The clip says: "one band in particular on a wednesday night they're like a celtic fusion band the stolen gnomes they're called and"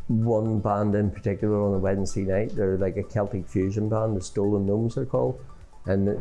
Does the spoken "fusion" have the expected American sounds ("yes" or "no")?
yes